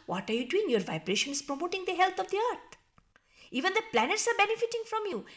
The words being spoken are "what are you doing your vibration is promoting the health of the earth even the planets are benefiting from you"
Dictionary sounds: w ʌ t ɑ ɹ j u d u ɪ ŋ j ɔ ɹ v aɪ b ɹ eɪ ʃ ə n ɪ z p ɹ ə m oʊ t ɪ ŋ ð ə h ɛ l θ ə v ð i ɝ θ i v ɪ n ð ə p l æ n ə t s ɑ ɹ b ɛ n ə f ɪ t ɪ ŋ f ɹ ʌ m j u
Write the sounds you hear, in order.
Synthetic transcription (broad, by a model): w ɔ t ɑ ɹ j u d u ɪ ŋ j ɔ ɹ v aɪ b ɹ eɪ ʃ ə n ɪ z p ɹ ə m oʊ t ɪ ŋ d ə h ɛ l t ə v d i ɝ t i v ɪ n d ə p l æ n ə t s ɑ ɹ b ɛ n ə f ɪ t ɪ ŋ f ɹ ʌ m j u